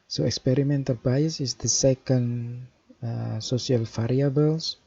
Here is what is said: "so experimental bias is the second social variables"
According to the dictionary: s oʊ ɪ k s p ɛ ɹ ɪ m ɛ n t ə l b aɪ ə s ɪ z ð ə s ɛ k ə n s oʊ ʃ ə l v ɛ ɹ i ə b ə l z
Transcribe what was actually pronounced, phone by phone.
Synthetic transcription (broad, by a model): s oʊ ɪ k s p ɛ ɹ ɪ m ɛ n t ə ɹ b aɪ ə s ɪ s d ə s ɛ k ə n s oʊ s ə l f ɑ ɹ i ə b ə l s